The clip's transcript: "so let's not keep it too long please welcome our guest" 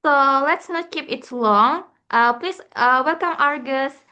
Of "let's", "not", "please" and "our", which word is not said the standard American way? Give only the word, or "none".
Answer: please